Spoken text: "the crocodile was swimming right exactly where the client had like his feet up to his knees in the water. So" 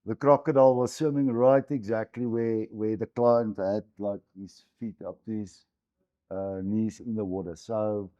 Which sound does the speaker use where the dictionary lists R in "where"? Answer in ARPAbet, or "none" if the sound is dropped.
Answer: W